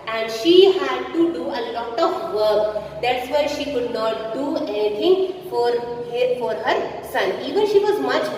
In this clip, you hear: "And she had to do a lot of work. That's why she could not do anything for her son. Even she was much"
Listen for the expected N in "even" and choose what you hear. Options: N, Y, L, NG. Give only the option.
N